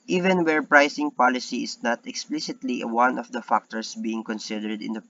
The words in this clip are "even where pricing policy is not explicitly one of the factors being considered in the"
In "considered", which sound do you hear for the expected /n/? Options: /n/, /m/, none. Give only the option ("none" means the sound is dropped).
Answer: /n/